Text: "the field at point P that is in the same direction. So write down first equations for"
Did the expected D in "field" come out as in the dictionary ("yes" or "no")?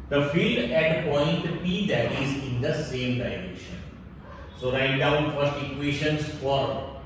yes